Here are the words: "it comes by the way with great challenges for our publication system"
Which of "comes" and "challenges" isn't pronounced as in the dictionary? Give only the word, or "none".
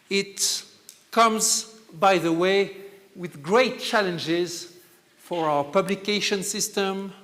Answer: none